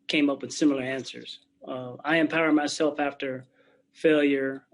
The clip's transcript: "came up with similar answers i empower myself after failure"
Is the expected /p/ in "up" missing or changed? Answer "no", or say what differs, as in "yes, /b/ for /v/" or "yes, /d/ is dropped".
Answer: no